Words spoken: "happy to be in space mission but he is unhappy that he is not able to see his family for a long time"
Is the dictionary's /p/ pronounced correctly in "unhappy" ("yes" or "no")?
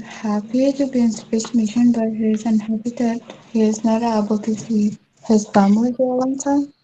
no